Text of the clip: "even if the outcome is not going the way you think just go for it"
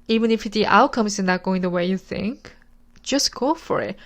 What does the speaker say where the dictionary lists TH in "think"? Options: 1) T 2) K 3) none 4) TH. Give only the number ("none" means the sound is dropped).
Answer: 4